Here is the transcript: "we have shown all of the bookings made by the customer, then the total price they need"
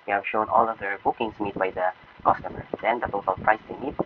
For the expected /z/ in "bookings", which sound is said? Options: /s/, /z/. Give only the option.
/s/